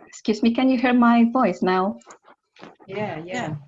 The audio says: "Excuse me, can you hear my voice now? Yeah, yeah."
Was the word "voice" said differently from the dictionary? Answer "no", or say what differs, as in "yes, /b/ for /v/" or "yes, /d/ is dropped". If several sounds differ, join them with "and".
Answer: no